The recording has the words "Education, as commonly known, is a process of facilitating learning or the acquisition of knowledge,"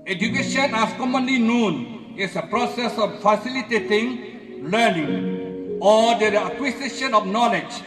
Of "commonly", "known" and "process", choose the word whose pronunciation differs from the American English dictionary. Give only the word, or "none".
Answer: none